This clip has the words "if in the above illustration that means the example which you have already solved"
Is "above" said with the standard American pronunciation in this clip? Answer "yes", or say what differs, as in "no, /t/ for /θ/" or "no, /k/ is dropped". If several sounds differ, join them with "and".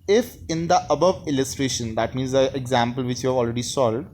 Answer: yes